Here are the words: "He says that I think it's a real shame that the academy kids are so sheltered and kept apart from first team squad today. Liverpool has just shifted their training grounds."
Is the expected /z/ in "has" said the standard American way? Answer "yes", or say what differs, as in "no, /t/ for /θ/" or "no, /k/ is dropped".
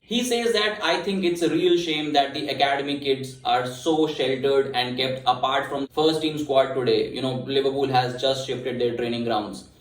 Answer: yes